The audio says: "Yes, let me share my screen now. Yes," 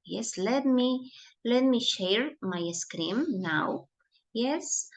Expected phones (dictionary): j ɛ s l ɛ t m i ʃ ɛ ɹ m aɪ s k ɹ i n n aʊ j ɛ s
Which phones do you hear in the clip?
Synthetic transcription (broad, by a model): j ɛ s l ɛ t m i ʃ ɛ ɹ m aɪ s k ɹ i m n aʊ j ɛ s